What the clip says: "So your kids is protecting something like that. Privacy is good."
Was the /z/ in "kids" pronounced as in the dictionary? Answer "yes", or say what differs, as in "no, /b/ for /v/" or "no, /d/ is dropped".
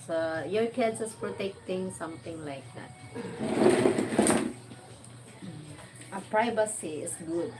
no, /s/ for /z/